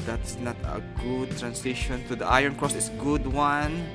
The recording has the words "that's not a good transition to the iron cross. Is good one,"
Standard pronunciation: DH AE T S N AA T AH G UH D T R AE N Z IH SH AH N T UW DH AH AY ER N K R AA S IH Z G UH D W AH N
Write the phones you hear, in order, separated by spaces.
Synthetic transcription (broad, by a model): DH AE T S N AA T AH G UH D T R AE N S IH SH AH N T UW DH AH AY ER N K R AA S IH S G UH D W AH N